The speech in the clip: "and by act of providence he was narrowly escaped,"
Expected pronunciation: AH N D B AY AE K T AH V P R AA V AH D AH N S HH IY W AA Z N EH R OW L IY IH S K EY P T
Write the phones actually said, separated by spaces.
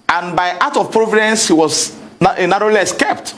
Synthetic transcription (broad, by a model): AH N B AY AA T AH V P R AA V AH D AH N S HH IY W AA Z N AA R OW L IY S K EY P T